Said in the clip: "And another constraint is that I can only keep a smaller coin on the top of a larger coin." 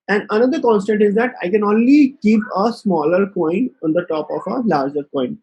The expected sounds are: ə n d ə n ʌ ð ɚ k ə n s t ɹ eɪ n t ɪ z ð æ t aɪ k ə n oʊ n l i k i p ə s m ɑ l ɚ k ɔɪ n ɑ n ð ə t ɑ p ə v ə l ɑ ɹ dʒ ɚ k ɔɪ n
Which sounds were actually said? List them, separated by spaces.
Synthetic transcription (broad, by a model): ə n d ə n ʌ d ɚ k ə n s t eɪ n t ɪ z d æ t aɪ k ə n oʊ n l i k i p ə s m ɑ l ɚ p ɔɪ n ɑ n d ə t ɑ p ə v ə l ɑ ɹ dʒ ɚ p ɔɪ n